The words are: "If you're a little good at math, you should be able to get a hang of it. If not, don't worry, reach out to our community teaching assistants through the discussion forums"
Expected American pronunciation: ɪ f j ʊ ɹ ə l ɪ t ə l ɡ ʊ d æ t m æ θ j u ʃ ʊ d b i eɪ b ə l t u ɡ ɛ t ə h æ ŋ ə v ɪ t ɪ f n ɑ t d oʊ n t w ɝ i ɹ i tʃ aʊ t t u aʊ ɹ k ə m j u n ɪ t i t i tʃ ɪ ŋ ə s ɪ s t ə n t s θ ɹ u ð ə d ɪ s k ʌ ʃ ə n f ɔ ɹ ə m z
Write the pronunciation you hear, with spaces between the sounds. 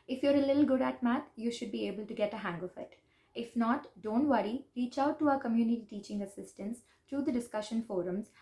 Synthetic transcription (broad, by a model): ɪ f j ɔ ɹ ə l ɪ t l ɡ ʊ d æ t m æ t j u ʃ ʊ d b i eɪ b ə l t u ɡ ɛ t ə h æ ŋ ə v ɪ t ɪ f n ɑ t d oʊ n t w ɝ i ɹ i tʃ aʊ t t u aʊ ɹ k ə m j u n ɪ t i t i tʃ ɪ ŋ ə s ɪ s t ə n s t ɹ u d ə d ɪ s k ʌ ʃ ə n f ɔ ɹ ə m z